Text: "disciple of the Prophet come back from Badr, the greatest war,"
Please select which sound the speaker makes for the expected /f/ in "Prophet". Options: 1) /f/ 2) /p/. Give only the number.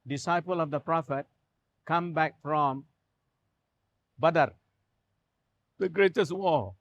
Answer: 1